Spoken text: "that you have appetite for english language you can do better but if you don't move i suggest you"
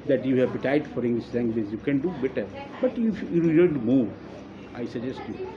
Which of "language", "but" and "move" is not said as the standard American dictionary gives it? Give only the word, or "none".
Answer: language